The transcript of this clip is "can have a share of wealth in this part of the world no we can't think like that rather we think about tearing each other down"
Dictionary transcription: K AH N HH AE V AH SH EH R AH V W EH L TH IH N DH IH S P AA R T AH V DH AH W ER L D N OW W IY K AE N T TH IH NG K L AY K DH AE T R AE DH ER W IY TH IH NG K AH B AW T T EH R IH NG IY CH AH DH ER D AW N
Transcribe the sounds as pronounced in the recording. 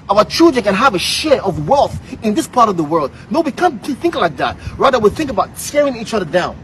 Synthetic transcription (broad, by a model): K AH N HH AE V AH SH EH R AH V W EH L TH IH N DH IH S P AA R T AH V DH AH W ER L D N OW W IY K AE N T TH IH NG K L AY K DH AE T R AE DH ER W IY TH IH NG K AH B AW T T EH R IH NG IY CH AH DH ER D AW N